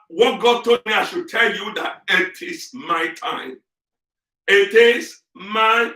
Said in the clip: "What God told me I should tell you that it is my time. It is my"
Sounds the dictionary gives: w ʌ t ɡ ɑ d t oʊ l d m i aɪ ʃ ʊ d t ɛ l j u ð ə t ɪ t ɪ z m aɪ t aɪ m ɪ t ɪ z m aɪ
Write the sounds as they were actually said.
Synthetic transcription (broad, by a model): w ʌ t ɡ ɑ d t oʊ d m i aɪ ʃ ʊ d t ɛ l j u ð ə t ɪ t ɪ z m aɪ t aɪ m ɪ t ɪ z m aɪ